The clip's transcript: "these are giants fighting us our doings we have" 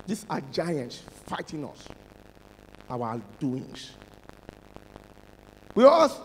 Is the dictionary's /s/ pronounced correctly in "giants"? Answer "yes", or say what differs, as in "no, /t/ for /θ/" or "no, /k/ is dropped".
yes